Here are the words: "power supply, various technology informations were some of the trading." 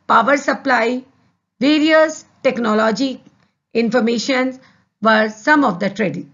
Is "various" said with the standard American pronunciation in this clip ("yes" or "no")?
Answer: yes